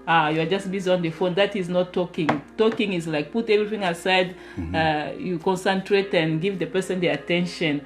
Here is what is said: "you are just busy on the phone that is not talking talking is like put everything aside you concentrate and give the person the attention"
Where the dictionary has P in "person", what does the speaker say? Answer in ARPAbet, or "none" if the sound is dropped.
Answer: P